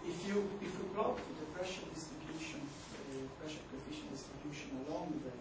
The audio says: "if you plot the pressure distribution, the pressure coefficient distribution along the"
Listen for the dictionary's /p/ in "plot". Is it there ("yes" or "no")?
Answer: no